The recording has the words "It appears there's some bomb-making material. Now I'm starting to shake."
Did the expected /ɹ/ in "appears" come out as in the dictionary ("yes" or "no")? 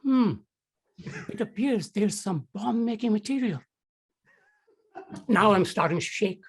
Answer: yes